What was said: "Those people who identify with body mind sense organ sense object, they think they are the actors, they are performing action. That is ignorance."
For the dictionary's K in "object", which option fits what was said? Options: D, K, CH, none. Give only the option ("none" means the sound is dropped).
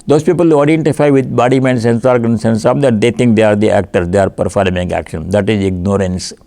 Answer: none